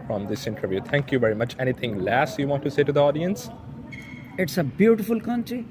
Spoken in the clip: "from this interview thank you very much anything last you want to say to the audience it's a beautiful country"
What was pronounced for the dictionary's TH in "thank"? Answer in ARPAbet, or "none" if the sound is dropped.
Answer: T